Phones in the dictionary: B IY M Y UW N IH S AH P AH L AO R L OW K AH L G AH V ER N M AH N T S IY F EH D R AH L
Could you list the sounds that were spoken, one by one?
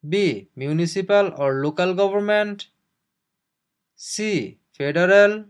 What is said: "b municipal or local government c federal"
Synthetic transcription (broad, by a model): B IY M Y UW N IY S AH P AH L AO R L OW K AH L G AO B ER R M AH N T S IY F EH D R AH L